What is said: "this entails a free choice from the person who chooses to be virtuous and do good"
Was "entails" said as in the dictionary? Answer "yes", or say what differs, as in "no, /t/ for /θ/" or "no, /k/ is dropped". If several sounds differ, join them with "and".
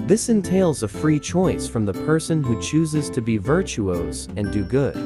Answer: yes